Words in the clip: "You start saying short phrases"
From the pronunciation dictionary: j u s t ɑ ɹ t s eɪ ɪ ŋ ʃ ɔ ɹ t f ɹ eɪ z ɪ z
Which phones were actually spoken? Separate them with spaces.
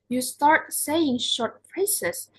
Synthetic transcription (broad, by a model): j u s t ɑ ɹ t s eɪ ɪ ŋ ʃ ɔ ɹ t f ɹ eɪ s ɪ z